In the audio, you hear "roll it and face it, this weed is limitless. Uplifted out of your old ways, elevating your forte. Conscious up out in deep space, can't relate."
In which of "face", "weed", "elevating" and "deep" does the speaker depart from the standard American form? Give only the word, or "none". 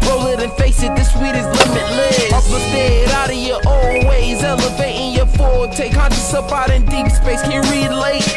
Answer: none